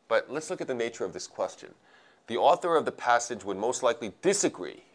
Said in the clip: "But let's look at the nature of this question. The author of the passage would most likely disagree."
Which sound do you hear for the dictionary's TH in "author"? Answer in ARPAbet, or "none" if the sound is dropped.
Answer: TH